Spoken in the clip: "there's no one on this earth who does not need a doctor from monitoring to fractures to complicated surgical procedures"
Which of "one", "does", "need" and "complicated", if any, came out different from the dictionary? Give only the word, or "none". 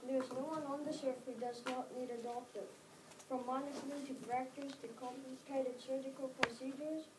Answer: complicated